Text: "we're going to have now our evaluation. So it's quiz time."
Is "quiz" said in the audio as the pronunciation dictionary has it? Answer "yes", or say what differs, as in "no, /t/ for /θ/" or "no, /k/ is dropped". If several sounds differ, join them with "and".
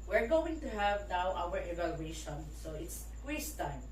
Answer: no, /s/ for /z/